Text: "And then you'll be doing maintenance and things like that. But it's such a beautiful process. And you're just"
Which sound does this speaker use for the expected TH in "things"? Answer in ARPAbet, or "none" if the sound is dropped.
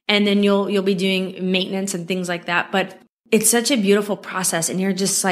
TH